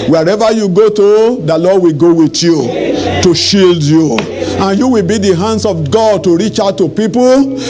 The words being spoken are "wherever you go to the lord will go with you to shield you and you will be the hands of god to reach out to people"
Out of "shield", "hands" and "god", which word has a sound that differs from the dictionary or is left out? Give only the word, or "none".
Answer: hands